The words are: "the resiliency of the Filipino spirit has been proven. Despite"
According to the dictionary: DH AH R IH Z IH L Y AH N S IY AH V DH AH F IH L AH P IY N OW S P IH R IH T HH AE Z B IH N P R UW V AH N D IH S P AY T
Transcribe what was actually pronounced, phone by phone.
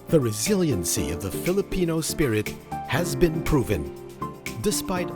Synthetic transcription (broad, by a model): DH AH R IH Z IH L Y AH N S IY AH V DH AH F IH L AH P IY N OW S P IH R IH T HH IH Z B IH N P R UW V AH N D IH S P AY T